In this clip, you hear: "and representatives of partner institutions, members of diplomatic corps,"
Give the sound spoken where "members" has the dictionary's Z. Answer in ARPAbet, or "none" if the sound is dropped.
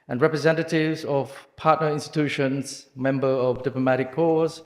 none